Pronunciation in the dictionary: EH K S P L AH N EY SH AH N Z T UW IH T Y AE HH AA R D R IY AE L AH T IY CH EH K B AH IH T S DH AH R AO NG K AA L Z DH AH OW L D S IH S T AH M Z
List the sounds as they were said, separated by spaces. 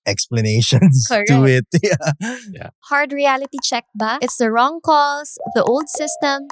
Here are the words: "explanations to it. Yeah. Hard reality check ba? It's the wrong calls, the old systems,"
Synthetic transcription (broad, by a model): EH K S P L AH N EY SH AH N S T UW IH T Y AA HH AA R D R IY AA L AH T IY CH EH K B AH IH T S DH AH R AO NG K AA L S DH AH OW L D S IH S T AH M